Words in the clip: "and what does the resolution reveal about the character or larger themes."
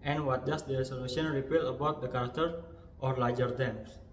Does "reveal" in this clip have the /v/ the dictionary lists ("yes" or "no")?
no